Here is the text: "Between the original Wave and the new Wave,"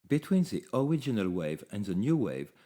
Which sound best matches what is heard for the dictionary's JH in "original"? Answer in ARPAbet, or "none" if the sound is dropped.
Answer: JH